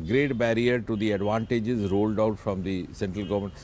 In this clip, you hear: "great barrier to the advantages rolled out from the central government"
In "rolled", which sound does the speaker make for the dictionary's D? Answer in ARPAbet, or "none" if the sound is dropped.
D